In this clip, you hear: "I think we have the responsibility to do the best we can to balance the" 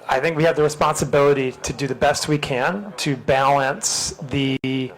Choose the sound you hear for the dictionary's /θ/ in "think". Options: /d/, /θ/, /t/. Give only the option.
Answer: /θ/